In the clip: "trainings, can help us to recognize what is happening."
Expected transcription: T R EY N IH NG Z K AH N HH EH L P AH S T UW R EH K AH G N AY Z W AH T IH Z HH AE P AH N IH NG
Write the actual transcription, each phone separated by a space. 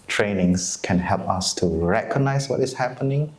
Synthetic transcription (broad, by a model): T R EY N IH NG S K AH N HH EH L P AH S T UW R EH K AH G N AY S W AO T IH S HH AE P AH N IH NG